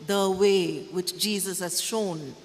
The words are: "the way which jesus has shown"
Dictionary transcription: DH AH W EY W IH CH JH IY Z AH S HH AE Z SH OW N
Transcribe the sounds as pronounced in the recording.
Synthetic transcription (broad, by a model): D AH W EY W IH CH JH IY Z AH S HH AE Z SH OW N